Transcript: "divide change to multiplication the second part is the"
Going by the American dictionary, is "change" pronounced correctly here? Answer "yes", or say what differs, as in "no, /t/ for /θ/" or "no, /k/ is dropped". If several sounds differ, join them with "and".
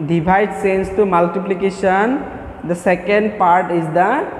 no, /s/ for /tʃ/